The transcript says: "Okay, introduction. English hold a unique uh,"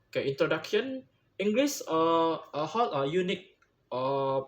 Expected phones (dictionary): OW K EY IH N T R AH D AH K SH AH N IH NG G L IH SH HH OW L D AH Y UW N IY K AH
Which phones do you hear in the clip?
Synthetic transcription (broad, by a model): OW K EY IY N T R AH D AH K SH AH N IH NG G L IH S HH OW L AH Y UW N IY K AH